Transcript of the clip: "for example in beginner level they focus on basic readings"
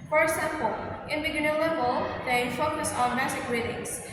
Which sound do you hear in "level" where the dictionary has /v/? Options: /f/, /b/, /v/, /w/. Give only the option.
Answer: /b/